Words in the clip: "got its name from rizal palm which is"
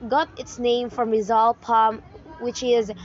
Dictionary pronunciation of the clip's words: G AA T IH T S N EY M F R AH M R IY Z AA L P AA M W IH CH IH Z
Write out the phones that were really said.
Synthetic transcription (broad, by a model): G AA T IH T S N EY M F R AH M R IY Z AA L P AA M W IH CH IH Z